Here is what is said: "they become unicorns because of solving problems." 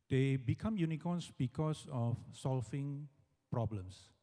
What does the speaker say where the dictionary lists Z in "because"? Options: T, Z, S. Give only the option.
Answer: S